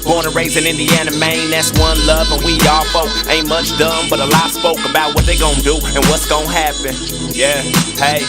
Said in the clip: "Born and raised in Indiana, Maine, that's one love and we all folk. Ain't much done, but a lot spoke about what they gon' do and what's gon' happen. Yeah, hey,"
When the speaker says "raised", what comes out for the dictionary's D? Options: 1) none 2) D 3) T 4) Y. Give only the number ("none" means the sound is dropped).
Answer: 1